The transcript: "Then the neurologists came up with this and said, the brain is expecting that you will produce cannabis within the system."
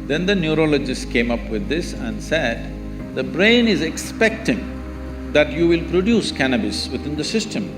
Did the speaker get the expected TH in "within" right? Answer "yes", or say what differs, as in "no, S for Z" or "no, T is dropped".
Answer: no, T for TH